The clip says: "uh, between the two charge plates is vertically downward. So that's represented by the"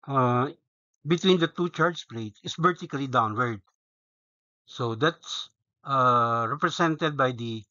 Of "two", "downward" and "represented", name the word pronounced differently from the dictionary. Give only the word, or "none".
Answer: represented